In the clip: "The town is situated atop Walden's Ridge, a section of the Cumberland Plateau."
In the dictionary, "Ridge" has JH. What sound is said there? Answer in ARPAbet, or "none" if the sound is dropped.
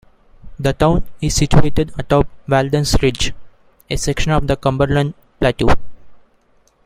JH